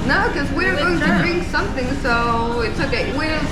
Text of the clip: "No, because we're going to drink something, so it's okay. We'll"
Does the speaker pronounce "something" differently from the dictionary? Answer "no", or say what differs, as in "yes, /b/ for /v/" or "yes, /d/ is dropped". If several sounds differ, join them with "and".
no